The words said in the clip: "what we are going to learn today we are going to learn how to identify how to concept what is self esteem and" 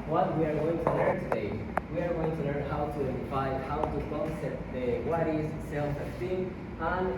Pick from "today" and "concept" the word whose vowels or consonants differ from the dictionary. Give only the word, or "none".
concept